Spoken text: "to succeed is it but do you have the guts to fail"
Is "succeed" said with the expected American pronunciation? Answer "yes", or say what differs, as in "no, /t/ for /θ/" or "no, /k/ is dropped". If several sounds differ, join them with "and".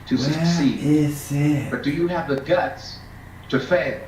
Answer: no, /k/ is dropped and /d/ is dropped